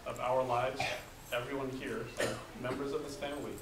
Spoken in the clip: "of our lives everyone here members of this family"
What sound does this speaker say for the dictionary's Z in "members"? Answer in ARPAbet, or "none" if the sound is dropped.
Z